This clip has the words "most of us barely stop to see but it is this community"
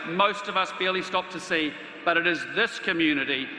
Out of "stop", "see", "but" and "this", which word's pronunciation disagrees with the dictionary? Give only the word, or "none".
none